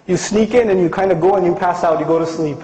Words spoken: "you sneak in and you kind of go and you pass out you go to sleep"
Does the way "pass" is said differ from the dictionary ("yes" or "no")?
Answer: no